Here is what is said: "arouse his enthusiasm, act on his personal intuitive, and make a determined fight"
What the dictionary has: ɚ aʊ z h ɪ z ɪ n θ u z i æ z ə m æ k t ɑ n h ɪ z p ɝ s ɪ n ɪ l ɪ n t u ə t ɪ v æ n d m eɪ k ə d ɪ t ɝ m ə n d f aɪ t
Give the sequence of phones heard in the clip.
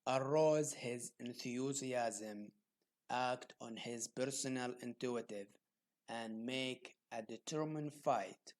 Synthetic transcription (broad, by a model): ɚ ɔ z h ɪ z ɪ n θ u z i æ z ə m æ k t ɑ n h ɪ z p ɝ s ɪ n ɪ l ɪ n t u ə t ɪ v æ n d m eɪ k ə d ɪ t ɝ m ə n d f aɪ t